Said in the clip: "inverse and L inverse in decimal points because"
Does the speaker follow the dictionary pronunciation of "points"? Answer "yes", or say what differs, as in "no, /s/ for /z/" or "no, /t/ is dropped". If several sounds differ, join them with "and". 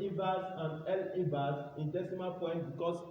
no, /s/ is dropped